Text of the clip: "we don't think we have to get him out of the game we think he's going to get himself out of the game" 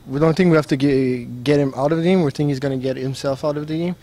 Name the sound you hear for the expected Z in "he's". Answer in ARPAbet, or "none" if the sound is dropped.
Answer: Z